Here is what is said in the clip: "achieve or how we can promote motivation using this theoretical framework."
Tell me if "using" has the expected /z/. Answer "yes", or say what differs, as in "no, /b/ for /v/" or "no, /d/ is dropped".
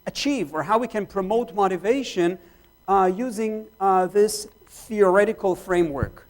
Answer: yes